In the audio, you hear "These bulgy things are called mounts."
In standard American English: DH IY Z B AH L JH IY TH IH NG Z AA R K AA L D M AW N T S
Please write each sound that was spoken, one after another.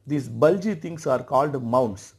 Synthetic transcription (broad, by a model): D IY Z B AH L JH IY T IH NG S AA R K AA L D M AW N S